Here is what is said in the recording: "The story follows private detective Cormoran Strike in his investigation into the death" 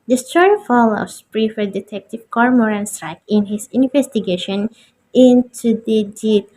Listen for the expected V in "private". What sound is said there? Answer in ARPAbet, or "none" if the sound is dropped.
F